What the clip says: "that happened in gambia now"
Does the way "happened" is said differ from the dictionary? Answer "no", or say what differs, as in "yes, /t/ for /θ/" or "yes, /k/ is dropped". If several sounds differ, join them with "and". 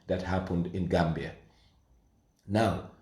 no